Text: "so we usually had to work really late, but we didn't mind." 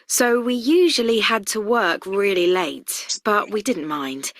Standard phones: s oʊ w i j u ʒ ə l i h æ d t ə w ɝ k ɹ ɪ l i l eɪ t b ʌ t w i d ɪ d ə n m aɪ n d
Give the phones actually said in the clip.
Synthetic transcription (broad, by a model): s oʊ w i j u ʒ ə l i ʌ d t ə w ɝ k ɹ ɪ l i l eɪ t b ʌ t w i d ɪ d n m aɪ n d